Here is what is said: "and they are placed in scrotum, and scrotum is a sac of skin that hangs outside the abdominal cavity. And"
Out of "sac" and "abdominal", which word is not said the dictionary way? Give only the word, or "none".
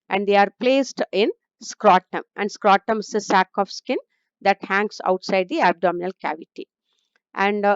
none